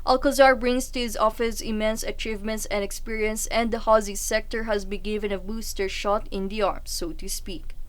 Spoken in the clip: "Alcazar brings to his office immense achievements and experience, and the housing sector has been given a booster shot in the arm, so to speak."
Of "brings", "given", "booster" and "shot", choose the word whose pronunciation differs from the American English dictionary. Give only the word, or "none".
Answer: brings